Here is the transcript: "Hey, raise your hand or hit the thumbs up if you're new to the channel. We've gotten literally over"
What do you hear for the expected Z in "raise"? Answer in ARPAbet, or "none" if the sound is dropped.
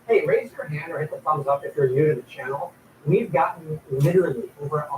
Z